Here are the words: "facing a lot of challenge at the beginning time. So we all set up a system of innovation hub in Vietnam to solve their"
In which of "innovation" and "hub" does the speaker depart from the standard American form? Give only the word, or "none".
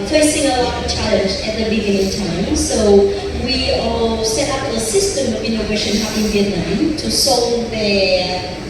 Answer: hub